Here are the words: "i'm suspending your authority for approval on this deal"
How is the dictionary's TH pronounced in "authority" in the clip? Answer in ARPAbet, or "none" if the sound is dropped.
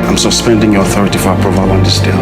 TH